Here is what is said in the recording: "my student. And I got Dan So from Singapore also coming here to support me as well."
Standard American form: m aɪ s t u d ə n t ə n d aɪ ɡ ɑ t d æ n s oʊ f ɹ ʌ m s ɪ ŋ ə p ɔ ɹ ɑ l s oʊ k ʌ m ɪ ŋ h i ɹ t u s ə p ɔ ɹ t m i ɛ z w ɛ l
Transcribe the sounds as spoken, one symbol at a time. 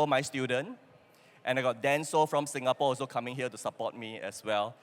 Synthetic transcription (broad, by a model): m aɪ s t u d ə n t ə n aɪ ɡ ɑ t d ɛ n s oʊ f ɹ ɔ m s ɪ ŋ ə p ɔ ɑ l s oʊ k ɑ m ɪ ŋ h i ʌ t u s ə p ɔ t m i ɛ s w ɛ l